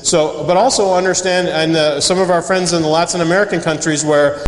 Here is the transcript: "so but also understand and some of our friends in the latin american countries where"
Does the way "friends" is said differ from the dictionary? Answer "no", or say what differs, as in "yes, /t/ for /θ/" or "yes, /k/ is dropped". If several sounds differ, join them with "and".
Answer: no